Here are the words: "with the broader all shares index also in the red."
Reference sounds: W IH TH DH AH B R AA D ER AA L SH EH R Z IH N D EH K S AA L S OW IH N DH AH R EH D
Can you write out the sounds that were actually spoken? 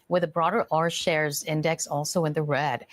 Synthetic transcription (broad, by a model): W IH DH AH B R AA D ER AA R SH EH R Z IH N D EH K S AA L S OW IH N DH AH R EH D